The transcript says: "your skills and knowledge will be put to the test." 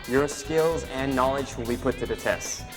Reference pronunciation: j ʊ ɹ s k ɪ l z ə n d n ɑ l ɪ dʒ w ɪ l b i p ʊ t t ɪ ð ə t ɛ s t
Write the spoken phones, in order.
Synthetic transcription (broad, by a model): j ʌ ɹ s k ɪ l z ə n n ɑ l ɪ dʒ w ɪ l b i p ʊ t t ɪ ð ə t ɛ s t